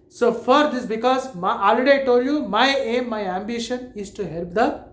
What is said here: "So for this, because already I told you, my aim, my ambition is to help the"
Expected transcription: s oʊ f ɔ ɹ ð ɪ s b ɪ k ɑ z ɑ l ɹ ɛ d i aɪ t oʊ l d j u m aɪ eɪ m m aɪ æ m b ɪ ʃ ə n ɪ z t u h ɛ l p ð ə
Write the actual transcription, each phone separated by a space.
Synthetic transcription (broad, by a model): s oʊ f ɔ ɹ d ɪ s b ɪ k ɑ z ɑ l i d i t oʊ d j u m aɪ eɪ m m aɪ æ m b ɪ ʃ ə n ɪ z t u h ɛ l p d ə